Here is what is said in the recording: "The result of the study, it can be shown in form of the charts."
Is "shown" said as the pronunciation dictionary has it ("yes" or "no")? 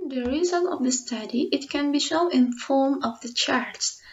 no